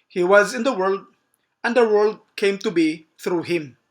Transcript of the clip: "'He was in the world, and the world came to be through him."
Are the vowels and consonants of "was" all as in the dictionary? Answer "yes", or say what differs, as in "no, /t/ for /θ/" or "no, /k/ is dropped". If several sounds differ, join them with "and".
yes